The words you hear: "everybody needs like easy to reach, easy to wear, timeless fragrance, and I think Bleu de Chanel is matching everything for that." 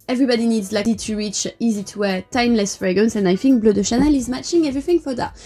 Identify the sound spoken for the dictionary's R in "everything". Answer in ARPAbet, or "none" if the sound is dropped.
R